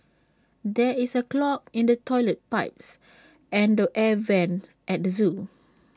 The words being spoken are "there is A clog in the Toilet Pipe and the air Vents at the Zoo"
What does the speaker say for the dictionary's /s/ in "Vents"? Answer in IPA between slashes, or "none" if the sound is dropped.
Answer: none